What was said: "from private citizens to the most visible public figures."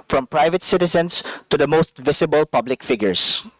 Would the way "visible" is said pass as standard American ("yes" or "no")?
no